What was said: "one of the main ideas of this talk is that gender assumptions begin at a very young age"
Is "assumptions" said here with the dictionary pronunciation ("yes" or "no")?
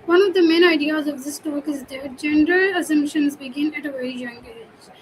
yes